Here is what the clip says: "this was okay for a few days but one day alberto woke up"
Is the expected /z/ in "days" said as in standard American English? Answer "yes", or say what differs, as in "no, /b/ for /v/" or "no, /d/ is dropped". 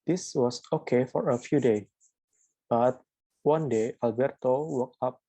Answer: no, /z/ is dropped